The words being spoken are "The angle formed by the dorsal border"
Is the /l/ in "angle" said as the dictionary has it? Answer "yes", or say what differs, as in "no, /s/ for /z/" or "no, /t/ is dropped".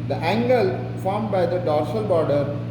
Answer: yes